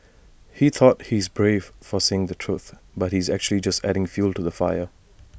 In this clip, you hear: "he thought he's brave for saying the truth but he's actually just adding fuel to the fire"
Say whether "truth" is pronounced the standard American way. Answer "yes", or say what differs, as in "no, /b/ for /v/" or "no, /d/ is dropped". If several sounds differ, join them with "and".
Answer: yes